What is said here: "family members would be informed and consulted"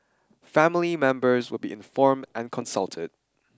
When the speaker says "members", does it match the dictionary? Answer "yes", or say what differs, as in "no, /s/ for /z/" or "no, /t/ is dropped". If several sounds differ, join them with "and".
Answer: yes